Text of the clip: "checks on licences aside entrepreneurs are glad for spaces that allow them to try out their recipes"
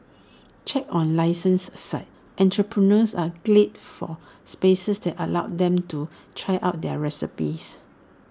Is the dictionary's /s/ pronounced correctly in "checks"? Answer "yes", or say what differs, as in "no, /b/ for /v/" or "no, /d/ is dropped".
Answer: no, /s/ is dropped